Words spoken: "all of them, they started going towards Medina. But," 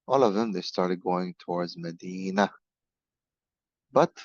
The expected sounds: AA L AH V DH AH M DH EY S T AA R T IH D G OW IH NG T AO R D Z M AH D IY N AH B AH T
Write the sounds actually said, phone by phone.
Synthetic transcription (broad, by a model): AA L AH V DH AH M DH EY S T AA R T IH D G OW IH NG T AO R D Z M AH D IY N AH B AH T